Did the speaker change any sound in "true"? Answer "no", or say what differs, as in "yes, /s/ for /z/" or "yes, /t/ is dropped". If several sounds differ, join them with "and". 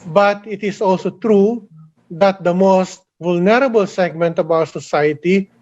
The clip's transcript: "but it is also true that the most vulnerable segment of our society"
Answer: no